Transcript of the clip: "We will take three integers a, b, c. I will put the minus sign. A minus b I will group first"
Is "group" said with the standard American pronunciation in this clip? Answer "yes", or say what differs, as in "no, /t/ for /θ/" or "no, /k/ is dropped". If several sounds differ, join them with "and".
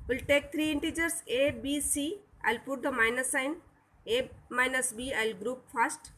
yes